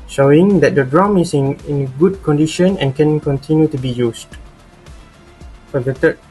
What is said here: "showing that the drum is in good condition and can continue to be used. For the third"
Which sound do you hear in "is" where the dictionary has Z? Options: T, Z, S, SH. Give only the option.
S